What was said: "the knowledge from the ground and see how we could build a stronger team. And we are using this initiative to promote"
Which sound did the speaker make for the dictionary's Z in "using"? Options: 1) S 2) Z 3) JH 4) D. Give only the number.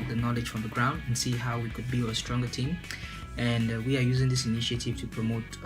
2